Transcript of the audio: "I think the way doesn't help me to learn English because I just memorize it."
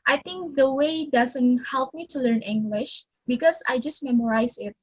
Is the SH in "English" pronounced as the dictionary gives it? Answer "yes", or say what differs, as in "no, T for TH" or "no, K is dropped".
yes